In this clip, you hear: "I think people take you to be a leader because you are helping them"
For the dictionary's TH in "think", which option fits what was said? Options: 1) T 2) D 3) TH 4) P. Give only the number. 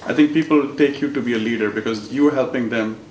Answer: 1